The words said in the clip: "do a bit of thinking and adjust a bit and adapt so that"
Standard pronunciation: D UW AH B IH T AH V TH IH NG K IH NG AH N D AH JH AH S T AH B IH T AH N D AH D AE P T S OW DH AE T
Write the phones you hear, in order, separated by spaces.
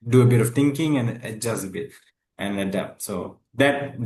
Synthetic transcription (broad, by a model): D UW AH B IH T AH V T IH NG K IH NG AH N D AH JH AH S T AH B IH T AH N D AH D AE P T S OW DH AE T